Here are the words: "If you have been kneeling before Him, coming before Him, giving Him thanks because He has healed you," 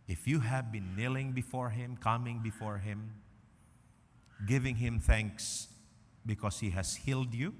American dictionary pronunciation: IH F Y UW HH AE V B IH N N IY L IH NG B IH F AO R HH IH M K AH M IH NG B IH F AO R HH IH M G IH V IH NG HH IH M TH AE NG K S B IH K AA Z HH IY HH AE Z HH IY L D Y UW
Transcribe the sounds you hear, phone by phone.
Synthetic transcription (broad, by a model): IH F Y UW HH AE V B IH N N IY L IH NG B IH F AO R HH IH M K AH M IH NG B IH F AO R HH IH M G IH V IH NG HH IH M TH AE NG K S B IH K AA S HH IY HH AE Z HH IY L D Y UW